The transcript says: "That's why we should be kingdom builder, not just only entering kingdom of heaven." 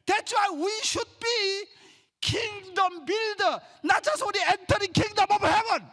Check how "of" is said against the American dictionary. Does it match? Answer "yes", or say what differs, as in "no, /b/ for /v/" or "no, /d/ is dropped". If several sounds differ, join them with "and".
no, /b/ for /v/